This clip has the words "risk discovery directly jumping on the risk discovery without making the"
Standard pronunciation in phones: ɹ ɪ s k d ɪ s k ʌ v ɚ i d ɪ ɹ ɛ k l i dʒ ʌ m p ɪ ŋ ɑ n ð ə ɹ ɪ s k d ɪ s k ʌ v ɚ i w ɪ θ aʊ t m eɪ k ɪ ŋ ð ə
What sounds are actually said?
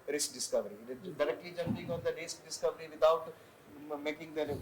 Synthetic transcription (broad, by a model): ɹ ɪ s k d ɪ s k ʌ v ɚ i d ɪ ɹ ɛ k l i dʒ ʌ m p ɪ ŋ ɑ n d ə ɹ ɪ s k d ɪ s k ʌ v ɚ i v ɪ t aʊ t m eɪ k ɪ ŋ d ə